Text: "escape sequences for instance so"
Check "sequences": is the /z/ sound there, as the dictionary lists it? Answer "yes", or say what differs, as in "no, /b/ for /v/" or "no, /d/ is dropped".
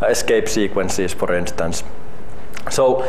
no, /s/ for /z/